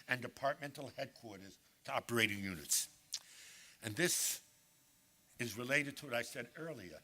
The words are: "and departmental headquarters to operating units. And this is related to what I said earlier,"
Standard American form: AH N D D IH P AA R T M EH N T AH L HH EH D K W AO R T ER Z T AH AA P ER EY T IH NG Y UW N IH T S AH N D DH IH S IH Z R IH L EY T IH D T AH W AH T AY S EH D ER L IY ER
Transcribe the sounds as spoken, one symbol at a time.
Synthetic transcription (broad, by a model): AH N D D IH P AA R T M EH N T L HH EH D K W AO R T ER Z T AH AA P ER EY T IH NG Y UW N IH T S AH N DH IH S IH Z R IH L EY T IH D T AH W AH T AY S EH D ER L IY ER